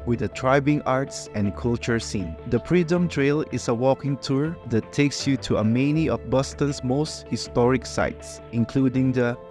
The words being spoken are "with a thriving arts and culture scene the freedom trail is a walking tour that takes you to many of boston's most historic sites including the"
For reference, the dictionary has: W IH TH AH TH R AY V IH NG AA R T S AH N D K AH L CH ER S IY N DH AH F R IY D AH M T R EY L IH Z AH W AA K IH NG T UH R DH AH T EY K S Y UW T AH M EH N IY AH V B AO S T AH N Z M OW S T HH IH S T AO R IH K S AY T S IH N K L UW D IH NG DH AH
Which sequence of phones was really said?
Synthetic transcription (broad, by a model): W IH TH AH T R AY B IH NG AA R T S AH N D K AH L CH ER S IY N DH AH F R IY D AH M T R EY L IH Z AH W AA K IH NG T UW R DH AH T EY K S Y UW T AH M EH N IY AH F B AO S T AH N S M OW S T HH IH S T AO R IH K S AY T S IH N K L UW D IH NG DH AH